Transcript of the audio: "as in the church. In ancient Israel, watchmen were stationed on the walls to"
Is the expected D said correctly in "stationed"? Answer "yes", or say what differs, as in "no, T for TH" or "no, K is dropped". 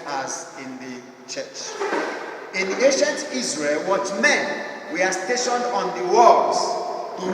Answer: yes